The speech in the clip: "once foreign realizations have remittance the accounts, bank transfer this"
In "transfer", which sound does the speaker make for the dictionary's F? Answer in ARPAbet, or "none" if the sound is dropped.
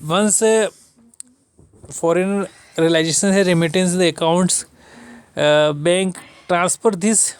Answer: P